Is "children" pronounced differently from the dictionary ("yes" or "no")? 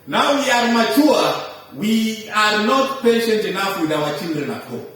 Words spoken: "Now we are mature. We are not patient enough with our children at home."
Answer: yes